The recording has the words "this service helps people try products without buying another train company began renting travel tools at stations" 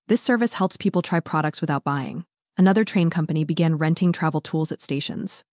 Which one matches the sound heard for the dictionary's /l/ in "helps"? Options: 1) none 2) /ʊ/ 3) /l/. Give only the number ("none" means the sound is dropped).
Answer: 3